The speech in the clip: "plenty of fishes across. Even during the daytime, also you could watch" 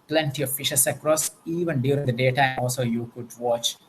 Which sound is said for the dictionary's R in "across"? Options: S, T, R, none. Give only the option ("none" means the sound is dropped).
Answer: R